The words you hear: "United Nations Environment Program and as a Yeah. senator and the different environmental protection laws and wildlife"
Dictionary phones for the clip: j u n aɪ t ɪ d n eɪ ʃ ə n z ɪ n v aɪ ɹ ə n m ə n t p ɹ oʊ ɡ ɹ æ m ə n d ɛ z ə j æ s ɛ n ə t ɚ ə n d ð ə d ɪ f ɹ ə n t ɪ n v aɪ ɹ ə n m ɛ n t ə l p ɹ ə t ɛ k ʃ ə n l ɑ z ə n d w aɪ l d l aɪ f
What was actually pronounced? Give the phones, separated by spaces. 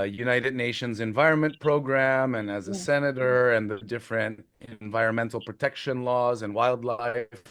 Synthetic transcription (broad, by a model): j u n aɪ t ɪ d n eɪ ʃ ə n z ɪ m v aɪ ɹ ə n m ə n p ɹ oʊ ɡ ɹ æ m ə n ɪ z ə s ɛ n ə t ɚ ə n ð ə d ɪ f ɹ ə n t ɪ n v aɪ ɹ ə n m ɛ n t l p ɹ ə t ɛ k ʃ ə n l ɑ z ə n w aɪ l d l aɪ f